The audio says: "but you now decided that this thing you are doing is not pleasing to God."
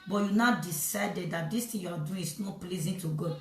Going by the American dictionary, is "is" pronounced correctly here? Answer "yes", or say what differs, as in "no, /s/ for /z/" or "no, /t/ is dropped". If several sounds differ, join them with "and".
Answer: no, /s/ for /z/